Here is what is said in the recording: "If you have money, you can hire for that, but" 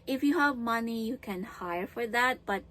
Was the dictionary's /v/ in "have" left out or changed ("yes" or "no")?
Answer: no